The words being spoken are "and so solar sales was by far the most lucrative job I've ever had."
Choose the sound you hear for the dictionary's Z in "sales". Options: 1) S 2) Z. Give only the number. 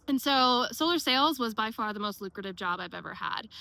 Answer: 2